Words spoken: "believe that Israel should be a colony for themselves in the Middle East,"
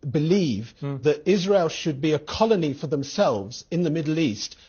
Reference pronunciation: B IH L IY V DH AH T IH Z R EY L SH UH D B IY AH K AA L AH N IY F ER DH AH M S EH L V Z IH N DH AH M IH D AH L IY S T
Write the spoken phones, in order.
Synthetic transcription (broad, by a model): B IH L IY V DH AH T IH Z R EY L SH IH D B IY AH K AA L AH N IY F ER DH AH M S EH L V Z IH N DH AH M IH D L IY S T